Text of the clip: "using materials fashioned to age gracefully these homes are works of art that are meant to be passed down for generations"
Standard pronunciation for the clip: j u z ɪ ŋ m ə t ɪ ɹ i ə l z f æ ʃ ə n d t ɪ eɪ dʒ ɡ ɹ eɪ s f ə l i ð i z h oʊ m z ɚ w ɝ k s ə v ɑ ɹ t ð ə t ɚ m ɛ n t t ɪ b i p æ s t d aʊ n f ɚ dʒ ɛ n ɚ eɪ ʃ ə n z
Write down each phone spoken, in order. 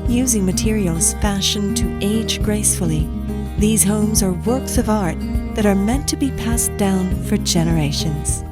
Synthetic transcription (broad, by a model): j u z ɪ ŋ m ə t ɪ ɹ i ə l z f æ ʃ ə n t ɪ eɪ dʒ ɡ ɹ eɪ s f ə l i ð i z h oʊ m z ɚ w ɝ k s ə v ɑ ɹ t ð ə t ɚ m ɛ n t t ɪ b i p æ s d aʊ n f ɚ dʒ ɛ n ɚ eɪ ʃ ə n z